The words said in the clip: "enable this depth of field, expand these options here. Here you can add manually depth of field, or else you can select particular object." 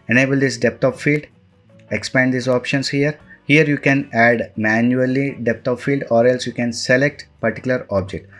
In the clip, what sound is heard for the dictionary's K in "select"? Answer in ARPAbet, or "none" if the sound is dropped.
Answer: K